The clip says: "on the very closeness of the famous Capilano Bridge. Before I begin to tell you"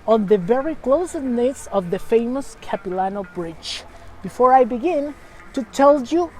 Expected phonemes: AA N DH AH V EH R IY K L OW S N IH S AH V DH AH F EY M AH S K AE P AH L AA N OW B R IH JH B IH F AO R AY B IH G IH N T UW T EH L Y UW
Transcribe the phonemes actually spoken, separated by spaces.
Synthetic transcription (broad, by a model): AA N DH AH V EH R IY K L OW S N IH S AH V DH AH F EY M AH S K AE P AH L AA N OW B R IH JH B IH F AO R AY B IH G IH N T UW T EH L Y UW